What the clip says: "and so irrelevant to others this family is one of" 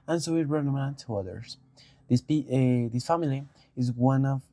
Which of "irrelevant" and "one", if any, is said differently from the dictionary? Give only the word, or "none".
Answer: irrelevant